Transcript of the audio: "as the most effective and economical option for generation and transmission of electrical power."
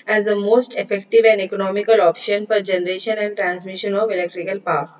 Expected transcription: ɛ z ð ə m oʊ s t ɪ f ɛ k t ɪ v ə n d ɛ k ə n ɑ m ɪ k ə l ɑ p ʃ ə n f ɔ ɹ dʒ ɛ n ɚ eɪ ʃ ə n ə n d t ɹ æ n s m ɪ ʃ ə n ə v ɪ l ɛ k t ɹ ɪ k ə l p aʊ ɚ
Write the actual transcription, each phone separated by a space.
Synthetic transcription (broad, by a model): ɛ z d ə m oʊ s t ɪ f ɛ k t ɪ v ə n d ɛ k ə n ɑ m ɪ k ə l ɑ p ʃ ə n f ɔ ɹ dʒ ɛ n ɚ eɪ ʃ ə n ə n d t ɹ æ n s m ɪ ʃ ə n ə v ɪ l ɛ k t ɹ ɪ k ə l p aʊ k